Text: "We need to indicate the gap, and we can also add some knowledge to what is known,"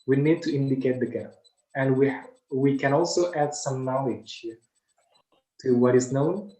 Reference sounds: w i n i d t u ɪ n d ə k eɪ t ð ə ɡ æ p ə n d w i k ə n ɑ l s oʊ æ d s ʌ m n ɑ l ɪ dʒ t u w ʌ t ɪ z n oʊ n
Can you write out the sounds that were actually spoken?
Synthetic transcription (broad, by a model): w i n i d t u ɪ n d ə k eɪ t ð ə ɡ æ ə n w w i k ə n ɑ l s oʊ æ d s ʌ m n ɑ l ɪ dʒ t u w ʌ t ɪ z n oʊ n